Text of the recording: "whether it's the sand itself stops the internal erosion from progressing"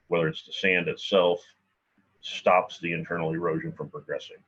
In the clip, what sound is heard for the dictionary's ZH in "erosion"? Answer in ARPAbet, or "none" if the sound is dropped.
ZH